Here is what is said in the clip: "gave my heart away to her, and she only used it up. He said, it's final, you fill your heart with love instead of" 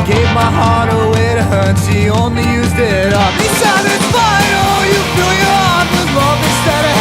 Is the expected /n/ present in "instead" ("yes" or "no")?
no